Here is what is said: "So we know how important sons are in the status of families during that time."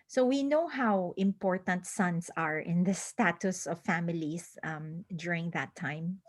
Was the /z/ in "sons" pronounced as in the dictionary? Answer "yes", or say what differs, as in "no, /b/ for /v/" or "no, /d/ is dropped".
no, /s/ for /z/